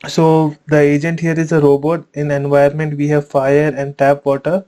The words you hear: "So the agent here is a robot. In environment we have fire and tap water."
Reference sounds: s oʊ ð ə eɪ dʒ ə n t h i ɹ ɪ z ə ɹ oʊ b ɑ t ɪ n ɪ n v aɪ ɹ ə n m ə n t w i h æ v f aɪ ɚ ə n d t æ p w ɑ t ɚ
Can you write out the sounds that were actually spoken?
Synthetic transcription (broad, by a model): s oʊ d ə eɪ dʒ ə n t h i ɹ ɪ z ə ɹ oʊ b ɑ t ɪ n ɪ n v aɪ ə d m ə n t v i h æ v f aɪ ɚ ə n d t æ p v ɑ t ɚ